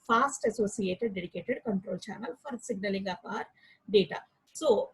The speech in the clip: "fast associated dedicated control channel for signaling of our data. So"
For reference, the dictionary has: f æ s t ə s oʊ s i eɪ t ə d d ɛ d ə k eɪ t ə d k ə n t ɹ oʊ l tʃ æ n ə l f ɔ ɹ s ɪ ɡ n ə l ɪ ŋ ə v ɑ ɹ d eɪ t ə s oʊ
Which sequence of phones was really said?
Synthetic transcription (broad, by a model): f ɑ s t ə s oʊ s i eɪ t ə d d ɛ d ə k eɪ t ə d k ə n t ɹ oʊ l tʃ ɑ n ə l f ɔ ɹ s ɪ ɡ n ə l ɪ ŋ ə p ɑ ɹ d eɪ t ə s oʊ